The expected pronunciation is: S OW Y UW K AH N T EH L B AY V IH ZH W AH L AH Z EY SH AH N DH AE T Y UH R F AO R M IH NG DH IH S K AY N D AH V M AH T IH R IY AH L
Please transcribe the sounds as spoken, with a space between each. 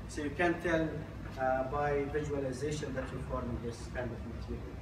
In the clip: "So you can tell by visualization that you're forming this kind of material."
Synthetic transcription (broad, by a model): S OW Y UW K AH N T EH L B AY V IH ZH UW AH L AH Z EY SH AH N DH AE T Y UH L F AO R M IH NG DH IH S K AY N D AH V M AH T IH R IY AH L